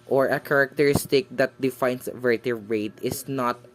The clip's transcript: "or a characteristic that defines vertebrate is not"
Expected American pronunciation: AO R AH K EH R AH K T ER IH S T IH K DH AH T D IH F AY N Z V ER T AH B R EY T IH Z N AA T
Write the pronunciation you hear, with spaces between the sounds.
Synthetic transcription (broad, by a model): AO R AH K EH R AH K T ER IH S T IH K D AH T D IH F AY N S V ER T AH R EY T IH S N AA T